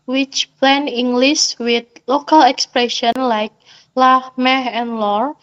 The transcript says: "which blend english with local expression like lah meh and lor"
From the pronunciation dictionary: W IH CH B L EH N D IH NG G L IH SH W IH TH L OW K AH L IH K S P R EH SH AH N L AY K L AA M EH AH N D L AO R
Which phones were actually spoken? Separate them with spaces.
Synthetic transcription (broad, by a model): W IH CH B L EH N IH NG G L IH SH W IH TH L OW K AH L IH K S P R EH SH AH N L AY K L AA M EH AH N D L AO R